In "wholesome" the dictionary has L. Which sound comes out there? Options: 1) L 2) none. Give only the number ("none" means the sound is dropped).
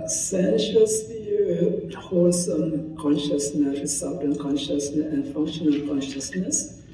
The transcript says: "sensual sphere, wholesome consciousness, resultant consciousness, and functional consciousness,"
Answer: 2